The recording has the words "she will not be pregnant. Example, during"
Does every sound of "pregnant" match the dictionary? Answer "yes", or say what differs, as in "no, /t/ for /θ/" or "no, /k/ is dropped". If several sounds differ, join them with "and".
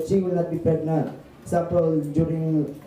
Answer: no, /ɹ/ is dropped